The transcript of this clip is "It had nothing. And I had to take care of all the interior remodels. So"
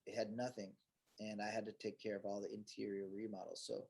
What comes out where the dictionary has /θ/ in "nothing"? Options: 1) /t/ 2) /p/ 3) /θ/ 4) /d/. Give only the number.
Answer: 3